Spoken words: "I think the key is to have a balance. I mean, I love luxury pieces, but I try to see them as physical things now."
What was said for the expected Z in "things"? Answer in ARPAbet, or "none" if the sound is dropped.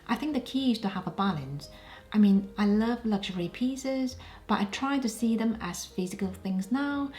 Z